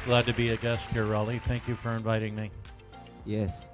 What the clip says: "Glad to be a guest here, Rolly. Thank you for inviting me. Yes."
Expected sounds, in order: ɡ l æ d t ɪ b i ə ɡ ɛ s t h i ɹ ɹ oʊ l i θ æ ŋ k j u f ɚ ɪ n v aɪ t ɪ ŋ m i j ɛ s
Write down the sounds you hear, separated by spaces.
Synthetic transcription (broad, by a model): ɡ l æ d t ɪ b i ə ɡ ɛ s t h i ɹ ɹ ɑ l i θ æ ŋ k j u f ɚ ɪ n v aɪ t ɪ ŋ m i j ɛ s